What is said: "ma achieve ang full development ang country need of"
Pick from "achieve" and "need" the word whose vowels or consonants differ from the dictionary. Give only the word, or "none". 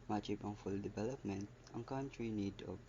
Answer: achieve